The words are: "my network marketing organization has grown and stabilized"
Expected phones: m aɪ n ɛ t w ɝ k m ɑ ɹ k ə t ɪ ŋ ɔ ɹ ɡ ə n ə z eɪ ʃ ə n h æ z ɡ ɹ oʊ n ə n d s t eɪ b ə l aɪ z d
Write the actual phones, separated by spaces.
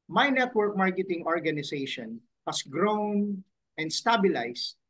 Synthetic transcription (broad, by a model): m aɪ n ɛ t w ɝ k m ɑ ɹ k ə t ɪ ŋ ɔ ɹ ɡ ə n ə s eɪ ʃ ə n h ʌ s ɡ ɹ oʊ n ə n d s t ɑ b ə l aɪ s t